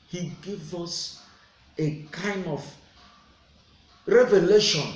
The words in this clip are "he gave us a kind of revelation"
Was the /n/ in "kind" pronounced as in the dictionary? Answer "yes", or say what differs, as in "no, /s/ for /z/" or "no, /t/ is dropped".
yes